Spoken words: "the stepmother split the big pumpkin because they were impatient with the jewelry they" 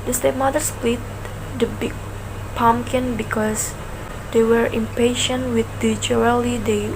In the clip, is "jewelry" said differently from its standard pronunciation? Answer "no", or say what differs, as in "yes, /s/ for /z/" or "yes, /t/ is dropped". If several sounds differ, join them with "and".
yes, /ɹ/ is dropped